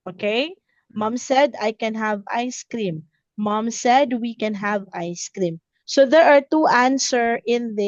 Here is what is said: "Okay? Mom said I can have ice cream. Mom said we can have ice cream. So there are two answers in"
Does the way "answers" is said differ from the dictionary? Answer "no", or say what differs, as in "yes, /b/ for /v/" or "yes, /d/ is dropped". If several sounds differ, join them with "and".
yes, /z/ is dropped